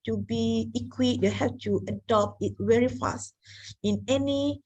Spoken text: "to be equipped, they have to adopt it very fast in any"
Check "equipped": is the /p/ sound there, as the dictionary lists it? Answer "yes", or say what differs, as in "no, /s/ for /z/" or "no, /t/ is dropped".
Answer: no, /p/ is dropped